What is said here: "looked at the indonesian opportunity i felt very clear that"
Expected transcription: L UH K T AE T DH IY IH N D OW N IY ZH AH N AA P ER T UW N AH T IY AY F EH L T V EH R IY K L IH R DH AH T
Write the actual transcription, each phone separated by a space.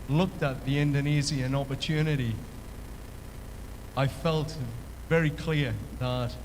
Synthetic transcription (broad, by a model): L UH K T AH T DH IY IH N D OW N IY Z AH N AA P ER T UW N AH T IY AY F EH L T V EH R IY K L IH R DH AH T